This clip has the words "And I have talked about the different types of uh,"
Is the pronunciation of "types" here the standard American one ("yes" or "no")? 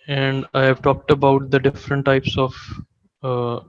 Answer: yes